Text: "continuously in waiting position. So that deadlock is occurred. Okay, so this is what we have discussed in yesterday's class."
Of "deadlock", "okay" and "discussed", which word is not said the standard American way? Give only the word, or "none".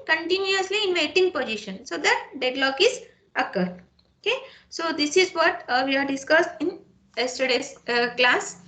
none